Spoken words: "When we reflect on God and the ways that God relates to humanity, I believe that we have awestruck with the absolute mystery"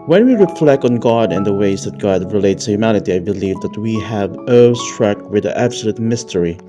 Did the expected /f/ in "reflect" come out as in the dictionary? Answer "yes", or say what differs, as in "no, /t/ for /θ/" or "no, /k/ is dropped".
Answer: yes